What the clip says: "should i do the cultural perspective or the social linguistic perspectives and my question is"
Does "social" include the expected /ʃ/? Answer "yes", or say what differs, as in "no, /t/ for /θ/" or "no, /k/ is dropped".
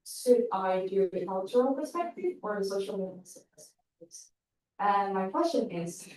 no, /ʃ/ is dropped